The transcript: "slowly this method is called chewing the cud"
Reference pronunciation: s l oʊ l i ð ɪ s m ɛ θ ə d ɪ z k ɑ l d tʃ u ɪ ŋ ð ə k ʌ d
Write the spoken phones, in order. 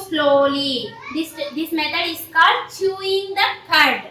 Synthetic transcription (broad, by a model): s l oʊ l i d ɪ s m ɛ t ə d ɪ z k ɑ d tʃ u ɪ ŋ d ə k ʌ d